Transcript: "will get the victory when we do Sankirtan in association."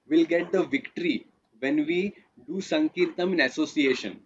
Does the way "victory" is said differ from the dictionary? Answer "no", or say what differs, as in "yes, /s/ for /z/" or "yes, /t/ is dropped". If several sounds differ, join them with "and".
no